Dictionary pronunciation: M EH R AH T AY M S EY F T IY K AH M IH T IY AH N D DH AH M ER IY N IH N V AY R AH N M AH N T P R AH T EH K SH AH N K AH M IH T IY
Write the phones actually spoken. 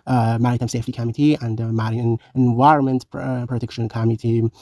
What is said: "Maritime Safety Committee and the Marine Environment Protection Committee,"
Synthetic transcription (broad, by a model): M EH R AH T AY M S EY F T IY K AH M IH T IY AH N D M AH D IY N IH N V AY R AH N M AH N T P R AH T EH K SH AH N K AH M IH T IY